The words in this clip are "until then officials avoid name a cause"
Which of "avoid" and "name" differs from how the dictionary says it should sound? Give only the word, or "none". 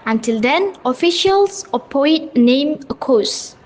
avoid